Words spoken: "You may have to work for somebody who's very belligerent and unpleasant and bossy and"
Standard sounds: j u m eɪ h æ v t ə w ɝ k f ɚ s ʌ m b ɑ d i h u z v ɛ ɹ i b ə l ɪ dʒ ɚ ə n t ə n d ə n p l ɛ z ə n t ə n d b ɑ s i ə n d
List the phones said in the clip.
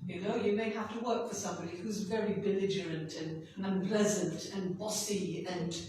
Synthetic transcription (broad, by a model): j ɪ m eɪ h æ f t ə w ɝ k f ɚ s ʌ m b ɑ d i h u z v ɛ ɹ i b ə l ɪ dʒ ɚ ə n t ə n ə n p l ɛ z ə n t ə n b ɑ s i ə n